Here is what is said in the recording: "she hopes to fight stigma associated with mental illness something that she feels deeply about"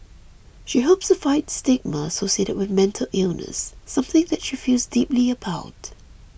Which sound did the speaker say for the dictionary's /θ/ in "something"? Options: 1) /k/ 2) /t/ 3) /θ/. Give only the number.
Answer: 3